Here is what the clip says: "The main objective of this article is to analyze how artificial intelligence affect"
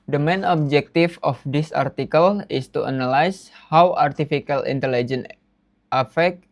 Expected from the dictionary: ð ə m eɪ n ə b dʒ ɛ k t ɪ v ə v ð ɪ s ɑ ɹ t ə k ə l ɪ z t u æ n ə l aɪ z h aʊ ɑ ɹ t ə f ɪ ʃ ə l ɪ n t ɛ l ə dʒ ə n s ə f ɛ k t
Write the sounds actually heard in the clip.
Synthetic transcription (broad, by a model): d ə m eɪ n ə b dʒ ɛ k t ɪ f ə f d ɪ s ɑ ɹ t ə k ə l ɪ s t u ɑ n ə l aɪ s h aʊ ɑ ɹ t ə f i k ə l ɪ n t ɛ l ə dʒ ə n ə f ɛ k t